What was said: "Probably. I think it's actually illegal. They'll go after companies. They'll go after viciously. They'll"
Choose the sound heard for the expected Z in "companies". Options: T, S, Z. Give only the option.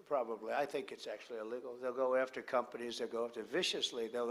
Z